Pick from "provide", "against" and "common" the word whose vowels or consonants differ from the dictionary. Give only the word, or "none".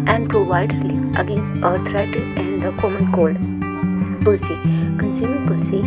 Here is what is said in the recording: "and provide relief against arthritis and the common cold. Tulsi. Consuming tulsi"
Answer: none